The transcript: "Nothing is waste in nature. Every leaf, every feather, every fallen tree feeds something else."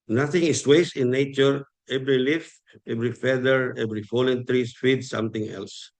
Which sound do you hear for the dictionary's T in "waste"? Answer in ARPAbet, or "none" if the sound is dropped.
none